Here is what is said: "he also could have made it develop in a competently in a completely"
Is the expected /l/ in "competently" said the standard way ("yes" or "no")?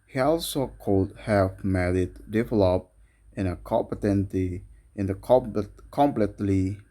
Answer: no